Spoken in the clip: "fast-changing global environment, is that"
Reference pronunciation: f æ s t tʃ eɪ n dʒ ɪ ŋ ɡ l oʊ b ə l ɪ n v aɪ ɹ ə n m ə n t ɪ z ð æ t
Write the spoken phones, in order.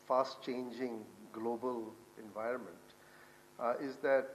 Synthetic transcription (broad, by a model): f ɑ s t tʃ eɪ n dʒ ɪ ŋ ɡ l oʊ b ə l ɪ n v aɪ ɹ ə n m ə n t ɪ z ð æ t